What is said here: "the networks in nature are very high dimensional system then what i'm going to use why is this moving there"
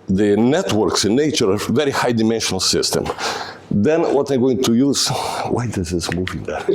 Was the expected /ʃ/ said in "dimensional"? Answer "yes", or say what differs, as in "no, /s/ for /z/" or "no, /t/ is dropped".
yes